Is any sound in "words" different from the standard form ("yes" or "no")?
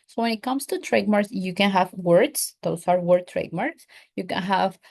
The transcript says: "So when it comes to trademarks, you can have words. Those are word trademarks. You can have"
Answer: yes